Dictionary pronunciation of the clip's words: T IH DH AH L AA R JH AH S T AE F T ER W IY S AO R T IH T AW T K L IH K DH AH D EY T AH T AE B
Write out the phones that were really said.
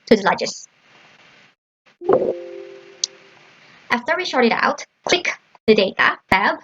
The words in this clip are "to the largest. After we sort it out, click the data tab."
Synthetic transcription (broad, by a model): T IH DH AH L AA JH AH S T AE F T ER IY SH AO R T IH T AW T K L IH K DH AH D EY T AH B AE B